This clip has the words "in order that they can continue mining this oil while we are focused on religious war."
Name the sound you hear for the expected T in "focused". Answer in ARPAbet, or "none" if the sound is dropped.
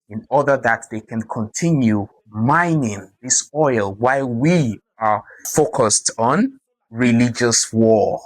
T